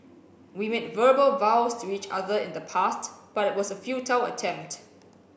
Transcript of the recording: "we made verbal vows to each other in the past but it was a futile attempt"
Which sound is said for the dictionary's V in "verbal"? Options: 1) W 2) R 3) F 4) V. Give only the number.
4